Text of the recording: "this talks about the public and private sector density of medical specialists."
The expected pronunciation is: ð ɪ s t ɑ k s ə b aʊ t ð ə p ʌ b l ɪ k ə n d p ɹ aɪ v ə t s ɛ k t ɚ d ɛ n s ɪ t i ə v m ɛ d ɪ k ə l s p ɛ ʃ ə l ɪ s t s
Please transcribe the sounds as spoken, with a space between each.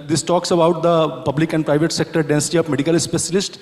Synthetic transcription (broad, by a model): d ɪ s t ɑ k s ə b aʊ t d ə p ʌ b l ɪ k ə n d p ɹ aɪ v ə t s ɛ k t ɚ d ɛ n s ɪ t i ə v m ɛ d ɪ k ə l s p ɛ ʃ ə l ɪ s t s